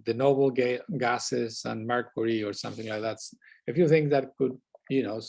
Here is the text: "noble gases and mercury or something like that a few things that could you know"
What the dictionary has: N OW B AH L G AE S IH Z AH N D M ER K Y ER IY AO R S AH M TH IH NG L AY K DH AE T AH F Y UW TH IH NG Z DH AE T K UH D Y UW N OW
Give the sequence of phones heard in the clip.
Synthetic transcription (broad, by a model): N OW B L G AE S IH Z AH N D M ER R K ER IY AO R S AH M TH IH NG L AY K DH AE T AH F Y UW TH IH NG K DH AE T K UH D Y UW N OW